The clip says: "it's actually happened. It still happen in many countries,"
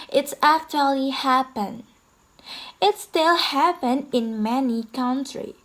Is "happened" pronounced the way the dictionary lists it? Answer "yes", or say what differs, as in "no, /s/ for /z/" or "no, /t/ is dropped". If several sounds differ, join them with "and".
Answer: no, /d/ is dropped